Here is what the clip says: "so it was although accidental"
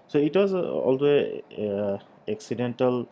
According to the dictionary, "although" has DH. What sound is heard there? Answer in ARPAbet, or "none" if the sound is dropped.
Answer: none